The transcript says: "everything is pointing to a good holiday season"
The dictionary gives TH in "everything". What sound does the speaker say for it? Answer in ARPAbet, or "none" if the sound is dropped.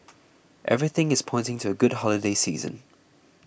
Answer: TH